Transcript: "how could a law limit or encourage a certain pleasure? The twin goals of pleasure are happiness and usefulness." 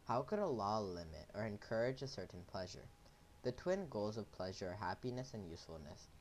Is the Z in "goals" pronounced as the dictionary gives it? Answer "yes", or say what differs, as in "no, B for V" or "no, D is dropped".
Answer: yes